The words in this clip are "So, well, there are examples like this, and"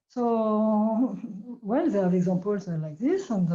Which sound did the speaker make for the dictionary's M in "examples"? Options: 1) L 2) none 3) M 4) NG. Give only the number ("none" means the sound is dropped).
2